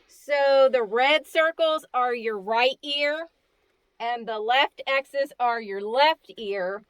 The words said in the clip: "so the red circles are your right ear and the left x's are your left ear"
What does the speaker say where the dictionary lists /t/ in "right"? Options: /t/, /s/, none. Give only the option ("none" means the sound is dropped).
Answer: /t/